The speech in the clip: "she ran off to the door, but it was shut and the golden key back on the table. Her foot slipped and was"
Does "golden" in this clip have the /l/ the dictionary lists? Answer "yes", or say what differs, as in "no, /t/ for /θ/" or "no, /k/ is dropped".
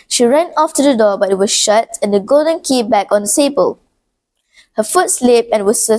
yes